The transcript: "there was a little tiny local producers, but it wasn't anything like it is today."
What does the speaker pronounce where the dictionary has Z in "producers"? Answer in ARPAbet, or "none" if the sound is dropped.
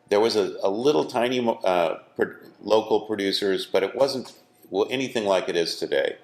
Z